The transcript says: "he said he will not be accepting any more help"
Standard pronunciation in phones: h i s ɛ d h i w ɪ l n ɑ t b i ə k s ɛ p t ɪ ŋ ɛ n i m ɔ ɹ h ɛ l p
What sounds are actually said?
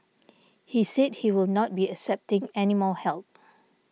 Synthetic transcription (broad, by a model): h i s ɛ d h i w ɪ l n ɑ t b i ə k s ɛ p t ɪ ŋ ɛ n i m ɔ h ɛ l p